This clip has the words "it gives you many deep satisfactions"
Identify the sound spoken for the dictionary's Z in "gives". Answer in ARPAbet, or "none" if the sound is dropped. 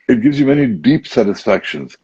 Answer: Z